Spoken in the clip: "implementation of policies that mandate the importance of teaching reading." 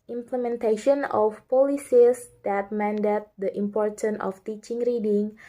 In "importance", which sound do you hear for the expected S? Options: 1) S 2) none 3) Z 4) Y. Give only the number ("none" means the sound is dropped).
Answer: 2